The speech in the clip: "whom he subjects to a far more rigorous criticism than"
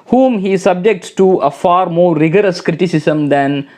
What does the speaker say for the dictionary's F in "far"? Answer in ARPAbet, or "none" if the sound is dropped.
F